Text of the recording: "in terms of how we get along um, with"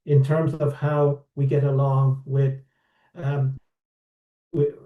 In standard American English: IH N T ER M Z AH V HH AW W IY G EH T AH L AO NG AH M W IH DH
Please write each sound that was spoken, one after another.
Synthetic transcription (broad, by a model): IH N T ER M Z AH V HH AW W IY G EH T AH L AO NG W IH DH